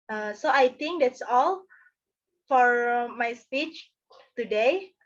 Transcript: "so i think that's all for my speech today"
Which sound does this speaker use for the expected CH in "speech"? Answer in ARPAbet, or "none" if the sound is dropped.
CH